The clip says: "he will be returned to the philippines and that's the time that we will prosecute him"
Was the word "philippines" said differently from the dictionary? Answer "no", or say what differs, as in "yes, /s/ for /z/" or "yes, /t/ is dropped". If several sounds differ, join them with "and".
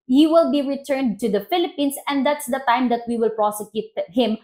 yes, /s/ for /z/